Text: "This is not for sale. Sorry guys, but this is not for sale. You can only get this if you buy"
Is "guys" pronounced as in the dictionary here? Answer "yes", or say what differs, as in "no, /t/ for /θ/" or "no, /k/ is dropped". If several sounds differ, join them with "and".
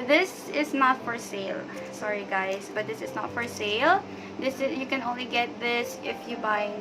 no, /s/ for /z/